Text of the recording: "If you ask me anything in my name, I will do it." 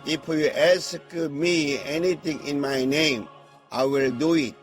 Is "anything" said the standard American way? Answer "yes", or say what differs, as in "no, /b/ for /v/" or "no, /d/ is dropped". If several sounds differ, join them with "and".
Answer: no, /t/ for /θ/